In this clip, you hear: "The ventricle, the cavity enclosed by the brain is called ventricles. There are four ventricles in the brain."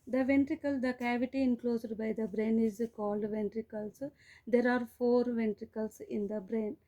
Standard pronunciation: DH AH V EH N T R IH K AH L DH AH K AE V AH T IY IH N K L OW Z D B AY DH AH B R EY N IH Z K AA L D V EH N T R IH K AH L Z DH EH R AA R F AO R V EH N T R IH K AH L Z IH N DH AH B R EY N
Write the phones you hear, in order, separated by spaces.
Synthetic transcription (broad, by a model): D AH V EH N T R IH K AH L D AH K AE V AH T IY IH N K L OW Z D B AY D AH B R EY N IH Z K AA L D V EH N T R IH K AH L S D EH R AA R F AO R V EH N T R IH K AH L S IH N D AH B R EY N